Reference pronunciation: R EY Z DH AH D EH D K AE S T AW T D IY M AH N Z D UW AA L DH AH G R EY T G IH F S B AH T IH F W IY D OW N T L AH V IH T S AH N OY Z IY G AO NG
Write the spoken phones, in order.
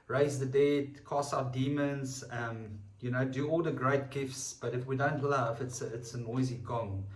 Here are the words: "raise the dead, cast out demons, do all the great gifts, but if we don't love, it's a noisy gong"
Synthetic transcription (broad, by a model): R EY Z DH AH D EH D K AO S AW T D IY M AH N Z D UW AA L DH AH G R EY T G IH F S B AH T IH F W IY D OW N T L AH V IH T S AH N OY Z IY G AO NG